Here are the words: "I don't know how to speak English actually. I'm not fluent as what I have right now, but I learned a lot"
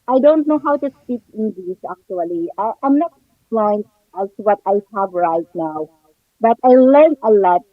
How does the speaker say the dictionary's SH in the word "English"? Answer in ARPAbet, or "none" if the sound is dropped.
S